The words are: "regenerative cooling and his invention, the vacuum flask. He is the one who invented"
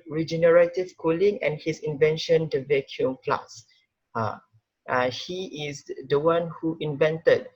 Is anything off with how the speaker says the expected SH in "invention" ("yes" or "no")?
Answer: no